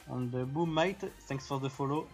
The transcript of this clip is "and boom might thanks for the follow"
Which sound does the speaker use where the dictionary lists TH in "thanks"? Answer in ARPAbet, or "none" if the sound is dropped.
S